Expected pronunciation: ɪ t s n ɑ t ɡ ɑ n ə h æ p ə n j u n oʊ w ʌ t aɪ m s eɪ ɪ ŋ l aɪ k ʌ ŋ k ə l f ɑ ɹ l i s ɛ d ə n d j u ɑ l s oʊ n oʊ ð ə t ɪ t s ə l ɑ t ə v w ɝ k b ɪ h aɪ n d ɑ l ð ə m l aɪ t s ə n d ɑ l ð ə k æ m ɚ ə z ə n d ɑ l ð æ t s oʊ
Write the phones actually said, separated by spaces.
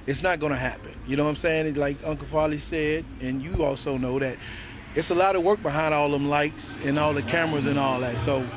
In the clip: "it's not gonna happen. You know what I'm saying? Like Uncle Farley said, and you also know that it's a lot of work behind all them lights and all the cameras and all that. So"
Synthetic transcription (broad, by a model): ɪ t s n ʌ t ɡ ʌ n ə h æ p ə n j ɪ n oʊ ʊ aɪ m s eɪ ɪ ŋ l aɪ k ʌ ŋ k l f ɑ l i s ɛ d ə n j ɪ ɑ l s oʊ n oʊ ð ə t ɪ t s ə l ɑ t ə w ɝ k b ɪ h aɪ n d ɑ l ð ə m l aɪ t s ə n ɑ l ð ə k æ m ɚ ə z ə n ɑ l ð æ t s oʊ